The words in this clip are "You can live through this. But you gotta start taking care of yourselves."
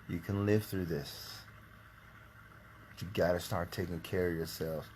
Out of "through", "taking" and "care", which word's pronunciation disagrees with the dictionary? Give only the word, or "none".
none